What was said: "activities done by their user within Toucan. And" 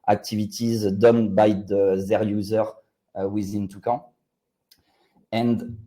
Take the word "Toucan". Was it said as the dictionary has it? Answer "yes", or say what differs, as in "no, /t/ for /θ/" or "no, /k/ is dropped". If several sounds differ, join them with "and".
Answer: no, /n/ is dropped